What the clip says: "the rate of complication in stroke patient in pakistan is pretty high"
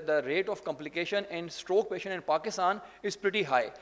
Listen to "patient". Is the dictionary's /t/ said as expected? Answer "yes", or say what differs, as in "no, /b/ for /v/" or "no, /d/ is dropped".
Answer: no, /t/ is dropped